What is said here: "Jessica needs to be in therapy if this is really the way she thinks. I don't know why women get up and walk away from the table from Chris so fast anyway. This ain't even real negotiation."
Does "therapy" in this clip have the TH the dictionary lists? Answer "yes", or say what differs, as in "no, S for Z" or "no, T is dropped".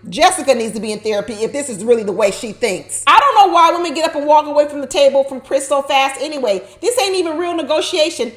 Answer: yes